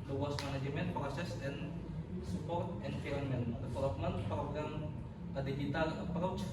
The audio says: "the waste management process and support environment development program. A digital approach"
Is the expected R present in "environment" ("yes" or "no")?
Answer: no